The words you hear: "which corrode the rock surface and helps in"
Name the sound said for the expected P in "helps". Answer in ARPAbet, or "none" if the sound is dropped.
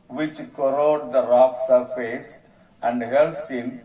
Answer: none